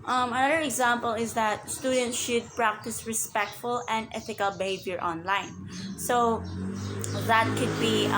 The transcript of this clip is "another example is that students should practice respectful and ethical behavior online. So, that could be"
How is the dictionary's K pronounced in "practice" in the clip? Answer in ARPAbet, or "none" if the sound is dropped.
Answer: K